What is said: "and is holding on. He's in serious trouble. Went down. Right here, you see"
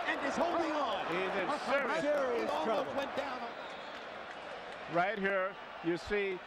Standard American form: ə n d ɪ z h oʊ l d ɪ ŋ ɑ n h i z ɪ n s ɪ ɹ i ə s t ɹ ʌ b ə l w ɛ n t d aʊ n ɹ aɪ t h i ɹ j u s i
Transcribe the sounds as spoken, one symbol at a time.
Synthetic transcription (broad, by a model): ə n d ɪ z h oʊ l d ɪ ŋ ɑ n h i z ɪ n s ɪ ɹ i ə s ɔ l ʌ ə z w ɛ n d aʊ n ɹ aɪ t h i ɹ j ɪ s i